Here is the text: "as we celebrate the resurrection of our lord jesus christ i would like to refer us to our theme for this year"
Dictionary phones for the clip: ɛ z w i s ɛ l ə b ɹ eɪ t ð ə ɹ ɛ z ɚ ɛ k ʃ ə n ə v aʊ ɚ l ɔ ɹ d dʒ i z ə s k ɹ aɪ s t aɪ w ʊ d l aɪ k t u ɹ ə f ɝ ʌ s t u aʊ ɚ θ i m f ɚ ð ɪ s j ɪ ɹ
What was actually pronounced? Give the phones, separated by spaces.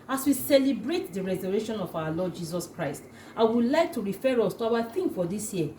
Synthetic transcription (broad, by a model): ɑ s w i s ɛ l ə b ɹ eɪ t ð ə ɹ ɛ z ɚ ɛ ʃ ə n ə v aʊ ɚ l ɔ d dʒ i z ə s k ɹ aɪ s t aɪ w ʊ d l aɪ k t u ɹ ə f ɝ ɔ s t u aʊ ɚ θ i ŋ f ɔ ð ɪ s j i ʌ